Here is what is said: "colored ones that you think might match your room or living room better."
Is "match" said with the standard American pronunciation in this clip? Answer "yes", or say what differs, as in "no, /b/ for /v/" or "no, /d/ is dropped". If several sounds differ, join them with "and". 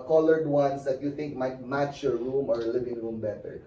yes